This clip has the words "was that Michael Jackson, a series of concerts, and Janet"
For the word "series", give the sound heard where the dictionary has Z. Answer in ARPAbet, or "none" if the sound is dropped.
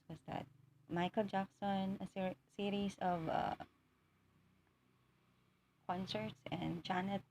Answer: S